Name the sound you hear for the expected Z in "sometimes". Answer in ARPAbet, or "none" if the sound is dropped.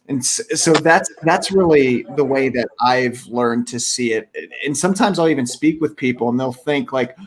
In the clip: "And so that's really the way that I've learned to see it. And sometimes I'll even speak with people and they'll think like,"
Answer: Z